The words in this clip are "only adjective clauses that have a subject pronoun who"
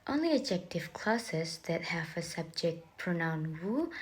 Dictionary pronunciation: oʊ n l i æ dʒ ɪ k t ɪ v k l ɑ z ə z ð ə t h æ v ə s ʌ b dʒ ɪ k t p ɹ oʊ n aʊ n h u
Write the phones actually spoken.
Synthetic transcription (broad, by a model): oʊ n l i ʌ dʒ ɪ k t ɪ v k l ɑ s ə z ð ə t h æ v ə s ʌ b dʒ ɪ k t p ɹ oʊ n aʊ n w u